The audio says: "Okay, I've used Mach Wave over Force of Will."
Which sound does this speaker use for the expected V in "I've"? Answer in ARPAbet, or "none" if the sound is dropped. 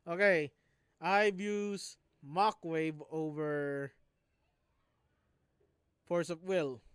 B